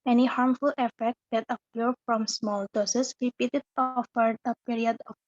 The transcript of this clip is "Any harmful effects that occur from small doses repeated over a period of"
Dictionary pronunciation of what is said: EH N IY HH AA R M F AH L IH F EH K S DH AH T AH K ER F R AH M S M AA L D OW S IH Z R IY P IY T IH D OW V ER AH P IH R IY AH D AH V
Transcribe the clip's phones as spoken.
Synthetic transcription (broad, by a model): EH N IY HH AA R M F AH L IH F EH K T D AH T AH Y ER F R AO M S M AA L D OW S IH S R IY P IY T IH D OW F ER AH P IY R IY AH D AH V